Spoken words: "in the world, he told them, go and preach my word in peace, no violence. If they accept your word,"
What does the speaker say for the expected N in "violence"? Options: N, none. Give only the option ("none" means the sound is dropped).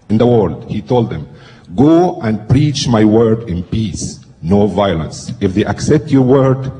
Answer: N